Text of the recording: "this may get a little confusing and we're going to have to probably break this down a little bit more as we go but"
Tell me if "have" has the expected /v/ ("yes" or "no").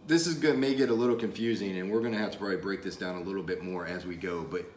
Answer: no